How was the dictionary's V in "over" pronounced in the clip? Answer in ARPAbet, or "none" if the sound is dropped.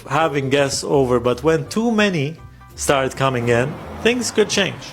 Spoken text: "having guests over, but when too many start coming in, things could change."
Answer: V